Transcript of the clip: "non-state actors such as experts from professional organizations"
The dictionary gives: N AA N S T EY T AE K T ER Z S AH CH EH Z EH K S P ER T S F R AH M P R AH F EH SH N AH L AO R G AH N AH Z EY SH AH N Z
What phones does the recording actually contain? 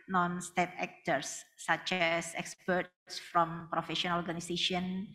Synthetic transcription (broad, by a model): N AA N S T EY T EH K T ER S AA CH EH S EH K S P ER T S F R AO M P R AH F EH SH AH N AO R G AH N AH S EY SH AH N